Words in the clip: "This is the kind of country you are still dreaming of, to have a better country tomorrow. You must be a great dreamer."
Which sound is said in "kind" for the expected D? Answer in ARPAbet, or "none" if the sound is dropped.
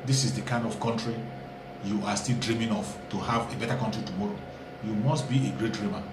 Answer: D